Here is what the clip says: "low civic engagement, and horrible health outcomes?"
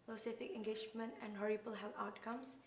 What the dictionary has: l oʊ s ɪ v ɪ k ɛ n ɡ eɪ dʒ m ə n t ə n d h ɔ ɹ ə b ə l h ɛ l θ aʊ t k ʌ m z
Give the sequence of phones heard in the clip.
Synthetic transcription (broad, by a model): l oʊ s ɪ f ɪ k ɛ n ɡ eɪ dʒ m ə n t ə n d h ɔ ɹ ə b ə l h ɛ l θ aʊ t k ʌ m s